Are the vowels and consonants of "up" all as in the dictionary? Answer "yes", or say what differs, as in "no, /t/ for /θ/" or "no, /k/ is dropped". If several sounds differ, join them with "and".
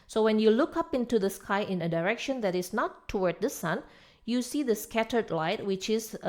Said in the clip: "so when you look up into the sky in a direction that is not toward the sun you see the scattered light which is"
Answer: yes